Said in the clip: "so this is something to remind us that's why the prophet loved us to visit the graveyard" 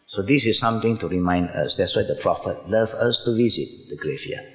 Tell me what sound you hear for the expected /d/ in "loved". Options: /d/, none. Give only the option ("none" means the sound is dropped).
none